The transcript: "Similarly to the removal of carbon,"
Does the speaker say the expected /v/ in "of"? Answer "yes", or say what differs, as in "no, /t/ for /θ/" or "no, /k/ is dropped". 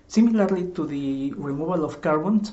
no, /f/ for /v/